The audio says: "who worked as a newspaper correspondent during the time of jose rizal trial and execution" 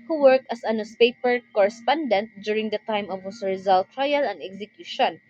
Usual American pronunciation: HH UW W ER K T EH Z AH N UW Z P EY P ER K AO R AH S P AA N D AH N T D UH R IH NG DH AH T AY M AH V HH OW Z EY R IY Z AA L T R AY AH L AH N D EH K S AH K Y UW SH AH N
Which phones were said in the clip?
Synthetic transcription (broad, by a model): HH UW W ER K T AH S AH N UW S P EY P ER K AO R AH S P AA N D AH N T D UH R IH NG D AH T AY M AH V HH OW S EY R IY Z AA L T R AY AH L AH N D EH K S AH K Y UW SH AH N